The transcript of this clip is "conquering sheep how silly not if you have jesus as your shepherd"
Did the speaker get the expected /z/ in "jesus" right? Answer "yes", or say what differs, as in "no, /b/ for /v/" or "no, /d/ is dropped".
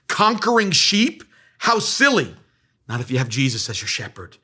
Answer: yes